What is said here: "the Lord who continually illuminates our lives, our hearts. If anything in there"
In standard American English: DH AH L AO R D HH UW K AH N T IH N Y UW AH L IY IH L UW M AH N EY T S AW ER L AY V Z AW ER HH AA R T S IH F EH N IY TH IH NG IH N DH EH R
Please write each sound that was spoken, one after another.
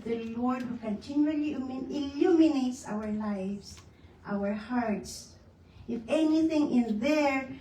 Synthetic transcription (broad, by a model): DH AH L AO R D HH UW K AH N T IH N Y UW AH L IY IH L UW M AH N EY T S AW ER L AY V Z AW ER HH AA R T S IH F EH N IY TH IH NG IH N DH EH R